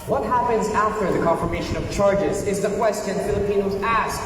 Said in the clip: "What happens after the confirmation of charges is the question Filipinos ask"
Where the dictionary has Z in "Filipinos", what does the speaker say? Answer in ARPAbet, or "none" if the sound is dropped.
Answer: Z